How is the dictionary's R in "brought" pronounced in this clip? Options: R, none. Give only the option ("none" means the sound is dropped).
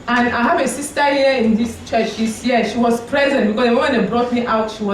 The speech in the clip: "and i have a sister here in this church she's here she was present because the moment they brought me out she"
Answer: R